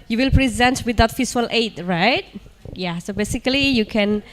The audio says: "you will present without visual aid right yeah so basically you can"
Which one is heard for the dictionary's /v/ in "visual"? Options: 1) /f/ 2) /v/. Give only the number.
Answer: 1